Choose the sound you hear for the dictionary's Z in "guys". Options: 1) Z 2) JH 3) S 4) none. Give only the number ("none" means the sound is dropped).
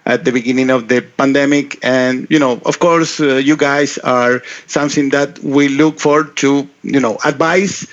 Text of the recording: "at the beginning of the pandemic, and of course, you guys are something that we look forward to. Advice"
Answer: 3